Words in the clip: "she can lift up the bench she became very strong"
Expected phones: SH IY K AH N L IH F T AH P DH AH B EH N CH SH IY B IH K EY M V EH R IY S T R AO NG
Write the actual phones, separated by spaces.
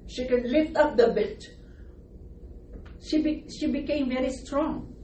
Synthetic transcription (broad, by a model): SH IY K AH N L IH F T AH P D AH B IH L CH SH IY B IH K EY M V EH R IY S T R AO NG